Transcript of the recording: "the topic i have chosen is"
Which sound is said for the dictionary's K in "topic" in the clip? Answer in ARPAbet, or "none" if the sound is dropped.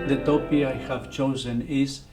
none